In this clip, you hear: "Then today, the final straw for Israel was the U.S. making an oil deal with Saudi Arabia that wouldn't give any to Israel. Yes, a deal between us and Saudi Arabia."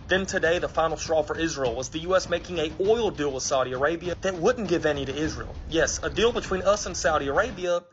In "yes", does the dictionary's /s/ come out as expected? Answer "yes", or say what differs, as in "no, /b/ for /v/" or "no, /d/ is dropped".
yes